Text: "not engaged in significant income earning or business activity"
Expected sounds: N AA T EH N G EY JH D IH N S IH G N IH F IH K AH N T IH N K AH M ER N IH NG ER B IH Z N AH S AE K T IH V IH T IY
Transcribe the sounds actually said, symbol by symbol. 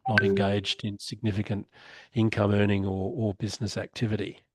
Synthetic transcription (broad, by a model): N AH T EH N G EY JH D IH N S IH G N IH F IH K AH N T IH N K AH M ER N IH NG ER B IH Z N AH S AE K T IH V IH T IY